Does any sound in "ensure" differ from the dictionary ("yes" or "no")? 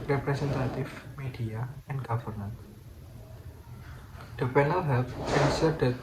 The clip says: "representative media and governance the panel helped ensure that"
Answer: yes